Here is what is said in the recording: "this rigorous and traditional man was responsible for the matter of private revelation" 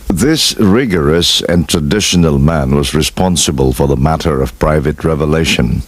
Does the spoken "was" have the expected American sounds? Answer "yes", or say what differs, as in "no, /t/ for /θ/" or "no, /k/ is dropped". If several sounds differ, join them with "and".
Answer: yes